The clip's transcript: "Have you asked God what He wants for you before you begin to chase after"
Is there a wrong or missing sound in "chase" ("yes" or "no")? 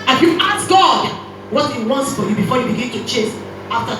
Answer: no